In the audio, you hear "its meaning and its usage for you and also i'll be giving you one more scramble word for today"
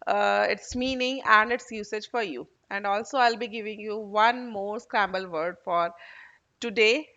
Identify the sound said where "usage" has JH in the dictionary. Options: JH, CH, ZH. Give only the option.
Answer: JH